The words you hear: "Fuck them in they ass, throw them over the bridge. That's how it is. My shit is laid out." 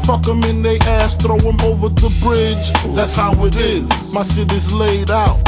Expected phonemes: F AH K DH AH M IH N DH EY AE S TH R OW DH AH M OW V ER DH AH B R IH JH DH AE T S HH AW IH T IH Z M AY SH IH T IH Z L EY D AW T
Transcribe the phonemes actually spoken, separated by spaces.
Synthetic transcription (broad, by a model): F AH K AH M IH N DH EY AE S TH R OW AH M OW V ER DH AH B R IH JH DH AE T S HH AW IH T IH Z M AY S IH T IH Z L EY D AW T